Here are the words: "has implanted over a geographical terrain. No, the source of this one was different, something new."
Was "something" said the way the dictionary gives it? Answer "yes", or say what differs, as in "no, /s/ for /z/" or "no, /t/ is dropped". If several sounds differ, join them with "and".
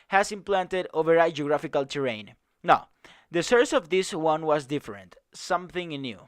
yes